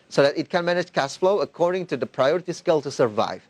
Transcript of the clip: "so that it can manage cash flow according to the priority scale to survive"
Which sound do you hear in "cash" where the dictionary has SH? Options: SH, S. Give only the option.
S